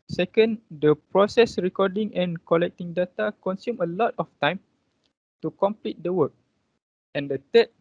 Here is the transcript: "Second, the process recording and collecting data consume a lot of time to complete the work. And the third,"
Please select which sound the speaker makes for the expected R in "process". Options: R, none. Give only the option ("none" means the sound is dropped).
R